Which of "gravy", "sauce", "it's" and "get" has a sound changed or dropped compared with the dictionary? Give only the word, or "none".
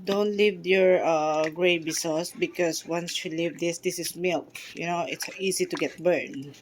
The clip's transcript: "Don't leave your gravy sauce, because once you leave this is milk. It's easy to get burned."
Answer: gravy